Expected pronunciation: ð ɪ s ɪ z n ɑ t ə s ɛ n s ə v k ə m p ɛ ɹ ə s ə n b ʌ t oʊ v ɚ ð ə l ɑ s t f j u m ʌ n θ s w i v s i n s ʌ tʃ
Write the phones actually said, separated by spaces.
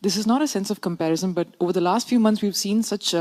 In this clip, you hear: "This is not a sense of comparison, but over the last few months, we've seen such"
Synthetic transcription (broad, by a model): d ɪ s ɪ z n ɑ t ə s ɛ n s ə v k ə m p ɛ ɹ ə s ə n b ʌ t oʊ v ɚ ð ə l ɑ s t f j u m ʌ n t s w i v s i n s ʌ tʃ